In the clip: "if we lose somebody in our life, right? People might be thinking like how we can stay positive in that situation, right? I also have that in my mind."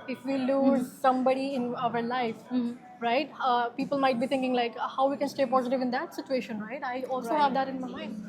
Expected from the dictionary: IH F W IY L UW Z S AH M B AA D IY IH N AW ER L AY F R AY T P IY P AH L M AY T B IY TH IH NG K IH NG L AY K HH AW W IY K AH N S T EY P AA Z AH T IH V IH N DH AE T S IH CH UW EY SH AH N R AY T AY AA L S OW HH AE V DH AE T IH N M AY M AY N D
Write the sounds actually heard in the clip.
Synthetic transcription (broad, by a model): IH F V IY L UW Z S AH M B AA D IY IH N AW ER L AY F R AY T P IY P AH L M AY T B IY T IH NG K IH NG L AY K HH AW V IY K AH N S T EY P AA Z AH T IH V IH N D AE T S IH CH UW EY SH AH N R AY T AY AA L S OW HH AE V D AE T IH N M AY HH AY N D